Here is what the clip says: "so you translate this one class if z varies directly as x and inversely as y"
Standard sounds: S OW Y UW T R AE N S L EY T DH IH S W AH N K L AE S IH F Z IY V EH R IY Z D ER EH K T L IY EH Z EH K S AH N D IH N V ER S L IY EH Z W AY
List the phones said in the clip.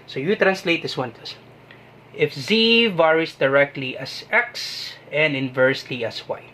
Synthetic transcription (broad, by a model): S OW Y UW T R AE N S L EY T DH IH S W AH N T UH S IH F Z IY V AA R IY S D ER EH K T L IY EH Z EH K S AH N D IH N V ER S L IY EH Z W AY